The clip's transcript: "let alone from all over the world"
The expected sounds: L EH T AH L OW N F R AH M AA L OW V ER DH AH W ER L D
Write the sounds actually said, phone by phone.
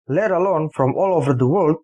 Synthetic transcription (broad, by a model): L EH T AH L OW N F R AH M AA L OW V ER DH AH W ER L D